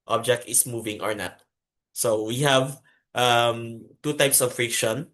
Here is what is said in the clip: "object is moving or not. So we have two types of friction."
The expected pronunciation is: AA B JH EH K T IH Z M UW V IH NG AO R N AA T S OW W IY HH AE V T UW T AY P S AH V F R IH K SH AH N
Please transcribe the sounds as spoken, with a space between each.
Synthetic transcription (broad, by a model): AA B JH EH K T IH S M UW V IH NG AO R N AA T S OW W IY HH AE V T UW T AY P S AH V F R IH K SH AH N